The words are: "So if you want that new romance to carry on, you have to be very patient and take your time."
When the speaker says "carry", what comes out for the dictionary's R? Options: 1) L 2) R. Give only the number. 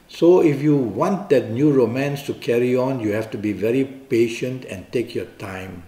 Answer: 2